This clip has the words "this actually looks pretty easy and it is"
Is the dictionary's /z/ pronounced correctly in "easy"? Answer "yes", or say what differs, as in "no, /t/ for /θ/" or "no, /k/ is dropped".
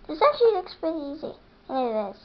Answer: yes